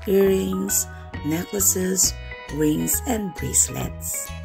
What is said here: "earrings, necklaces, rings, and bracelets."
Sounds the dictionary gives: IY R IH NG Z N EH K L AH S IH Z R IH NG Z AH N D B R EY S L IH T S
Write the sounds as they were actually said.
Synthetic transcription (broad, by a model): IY R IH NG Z N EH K L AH S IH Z W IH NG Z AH N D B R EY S L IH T S